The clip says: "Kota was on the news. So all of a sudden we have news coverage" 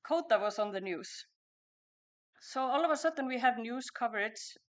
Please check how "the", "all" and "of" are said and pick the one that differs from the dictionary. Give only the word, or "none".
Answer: none